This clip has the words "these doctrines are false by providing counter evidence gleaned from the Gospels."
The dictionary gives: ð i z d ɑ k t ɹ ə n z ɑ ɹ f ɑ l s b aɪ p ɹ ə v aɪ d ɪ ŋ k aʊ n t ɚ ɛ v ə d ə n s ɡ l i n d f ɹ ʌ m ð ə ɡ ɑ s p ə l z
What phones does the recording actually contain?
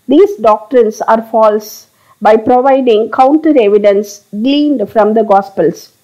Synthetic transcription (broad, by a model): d i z d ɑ k t ɹ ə n s ɑ ɹ f ɑ l s b aɪ p ɹ ə v aɪ d ɪ ŋ k aʊ n t ɚ ɛ v ə d ə n s ɡ l i n d f ɹ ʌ m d ə ɡ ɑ s p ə l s